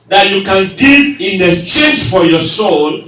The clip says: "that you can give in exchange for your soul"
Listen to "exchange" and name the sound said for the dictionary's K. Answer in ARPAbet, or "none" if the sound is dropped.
none